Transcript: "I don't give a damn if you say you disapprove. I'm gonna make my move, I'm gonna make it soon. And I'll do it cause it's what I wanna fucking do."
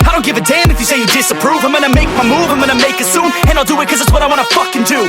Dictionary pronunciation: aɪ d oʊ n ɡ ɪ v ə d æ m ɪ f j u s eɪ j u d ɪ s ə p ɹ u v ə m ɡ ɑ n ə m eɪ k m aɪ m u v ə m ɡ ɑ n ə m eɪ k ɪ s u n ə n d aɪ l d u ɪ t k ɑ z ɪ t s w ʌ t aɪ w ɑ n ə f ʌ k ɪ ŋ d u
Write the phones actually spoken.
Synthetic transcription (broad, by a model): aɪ d oʊ n ɡ ɪ v ə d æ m ɪ f j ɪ s eɪ j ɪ d ɪ s ə p ɹ u v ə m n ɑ ə m eɪ k m aɪ m u v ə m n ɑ ə m eɪ k ɪ s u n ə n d aɪ l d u ɪ t k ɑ z ɪ t s w ʌ t aɪ w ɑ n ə f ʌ k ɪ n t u